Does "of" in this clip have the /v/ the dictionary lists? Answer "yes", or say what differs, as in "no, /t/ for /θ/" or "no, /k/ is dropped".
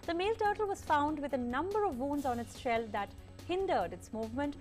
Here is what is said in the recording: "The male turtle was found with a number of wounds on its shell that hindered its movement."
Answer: yes